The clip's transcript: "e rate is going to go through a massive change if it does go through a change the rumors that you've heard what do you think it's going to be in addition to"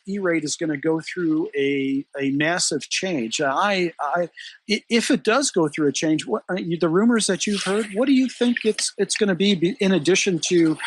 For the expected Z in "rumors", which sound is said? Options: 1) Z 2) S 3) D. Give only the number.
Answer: 1